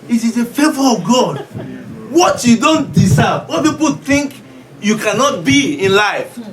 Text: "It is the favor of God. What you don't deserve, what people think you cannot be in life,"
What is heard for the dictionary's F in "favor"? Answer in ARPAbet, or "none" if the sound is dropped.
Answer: F